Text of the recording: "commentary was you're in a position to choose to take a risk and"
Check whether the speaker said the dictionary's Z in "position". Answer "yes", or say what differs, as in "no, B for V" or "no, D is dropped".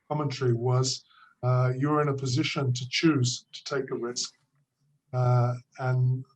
yes